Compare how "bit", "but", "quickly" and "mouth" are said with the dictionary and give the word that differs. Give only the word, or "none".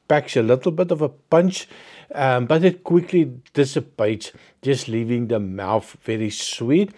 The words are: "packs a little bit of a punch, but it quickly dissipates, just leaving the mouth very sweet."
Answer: none